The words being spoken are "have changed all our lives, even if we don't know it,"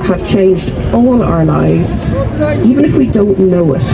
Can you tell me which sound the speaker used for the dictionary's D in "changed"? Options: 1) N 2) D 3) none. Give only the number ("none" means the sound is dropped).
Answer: 2